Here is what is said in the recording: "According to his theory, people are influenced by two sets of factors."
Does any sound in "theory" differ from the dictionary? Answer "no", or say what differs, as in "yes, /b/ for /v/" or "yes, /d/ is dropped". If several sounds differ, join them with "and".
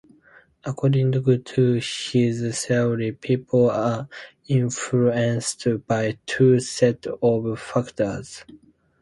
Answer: yes, /s/ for /θ/